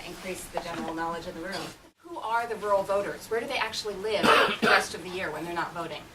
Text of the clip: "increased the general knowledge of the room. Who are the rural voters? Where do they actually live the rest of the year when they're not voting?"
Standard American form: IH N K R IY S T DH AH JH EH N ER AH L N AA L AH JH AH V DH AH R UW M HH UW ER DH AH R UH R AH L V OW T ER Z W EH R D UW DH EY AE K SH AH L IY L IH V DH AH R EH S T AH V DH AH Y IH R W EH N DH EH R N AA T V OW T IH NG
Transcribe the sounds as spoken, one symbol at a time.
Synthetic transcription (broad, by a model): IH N K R IY S DH AH JH EH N ER L N AA L AH JH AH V DH AH R UW M HH UW ER DH AH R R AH L V OW T ER Z W EH R D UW DH EY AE K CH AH L IY L IH V DH AH R EH S T AH V DH AH Y IH R W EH N DH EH R N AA T V OW T IH NG